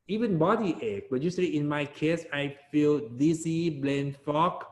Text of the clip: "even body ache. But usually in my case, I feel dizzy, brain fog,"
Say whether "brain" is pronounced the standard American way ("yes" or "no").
no